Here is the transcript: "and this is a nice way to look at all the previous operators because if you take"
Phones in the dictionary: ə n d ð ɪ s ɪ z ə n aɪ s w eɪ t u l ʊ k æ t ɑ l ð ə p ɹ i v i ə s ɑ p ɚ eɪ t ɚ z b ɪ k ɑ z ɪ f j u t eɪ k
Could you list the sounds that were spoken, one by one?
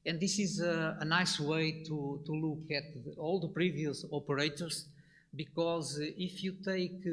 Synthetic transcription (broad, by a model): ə n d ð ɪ s ɪ z ə n aɪ s w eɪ t u l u k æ t ɑ l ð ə p ɹ i v i ə s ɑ p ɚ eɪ t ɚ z b ɪ k ɑ z ɪ f j u t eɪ k